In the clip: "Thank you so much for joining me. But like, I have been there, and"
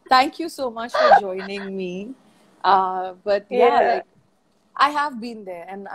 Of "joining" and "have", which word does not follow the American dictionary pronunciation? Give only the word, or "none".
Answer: none